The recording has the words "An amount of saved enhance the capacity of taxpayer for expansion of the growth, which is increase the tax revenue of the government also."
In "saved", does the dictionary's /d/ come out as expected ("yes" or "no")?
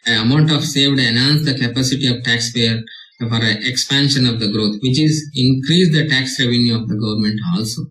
yes